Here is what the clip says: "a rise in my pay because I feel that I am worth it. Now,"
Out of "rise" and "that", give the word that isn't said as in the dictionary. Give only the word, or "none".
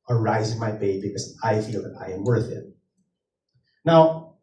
none